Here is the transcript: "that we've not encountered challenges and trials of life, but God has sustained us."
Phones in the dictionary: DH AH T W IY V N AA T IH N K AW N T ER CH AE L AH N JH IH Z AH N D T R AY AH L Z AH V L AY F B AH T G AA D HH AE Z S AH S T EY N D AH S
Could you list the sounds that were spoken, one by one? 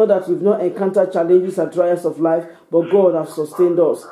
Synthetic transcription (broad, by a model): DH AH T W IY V N AA T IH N K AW N T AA CH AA L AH N JH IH S AH N D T R AY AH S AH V L AY F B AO T G AA D HH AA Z S AH S T EY N D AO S